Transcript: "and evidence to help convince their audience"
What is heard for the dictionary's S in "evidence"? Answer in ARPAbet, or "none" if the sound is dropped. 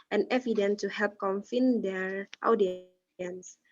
none